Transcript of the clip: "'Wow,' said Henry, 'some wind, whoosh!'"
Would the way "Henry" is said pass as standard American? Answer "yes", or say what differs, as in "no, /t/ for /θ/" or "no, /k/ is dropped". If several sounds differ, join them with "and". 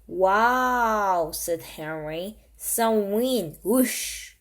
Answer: yes